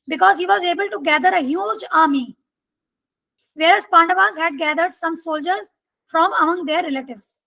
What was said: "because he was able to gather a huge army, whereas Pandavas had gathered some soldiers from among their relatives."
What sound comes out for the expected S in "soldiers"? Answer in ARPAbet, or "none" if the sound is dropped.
S